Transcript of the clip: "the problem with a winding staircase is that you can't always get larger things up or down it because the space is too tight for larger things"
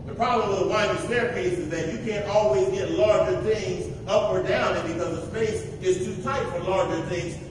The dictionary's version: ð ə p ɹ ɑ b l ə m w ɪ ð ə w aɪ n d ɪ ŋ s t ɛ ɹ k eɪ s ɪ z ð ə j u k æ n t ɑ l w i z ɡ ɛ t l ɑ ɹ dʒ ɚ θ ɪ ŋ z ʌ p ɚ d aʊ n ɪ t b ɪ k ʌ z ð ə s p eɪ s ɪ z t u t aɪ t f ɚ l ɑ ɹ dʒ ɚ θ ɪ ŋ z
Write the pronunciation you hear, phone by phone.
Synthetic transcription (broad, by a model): ð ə p ɹ ɑ b l ə m w ɪ ð ə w aɪ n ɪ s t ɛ ɹ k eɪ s ɪ z ð ə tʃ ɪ k æ n t ɑ l w i z ɡ ɛ t l ɑ ɹ dʒ ɚ θ ɪ ŋ z ʌ p ɚ d aʊ n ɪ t b ɪ k ʌ z ð ə s p eɪ s ɪ z t u t aɪ t f ɚ l ɑ ɹ dʒ ɚ θ ɪ ŋ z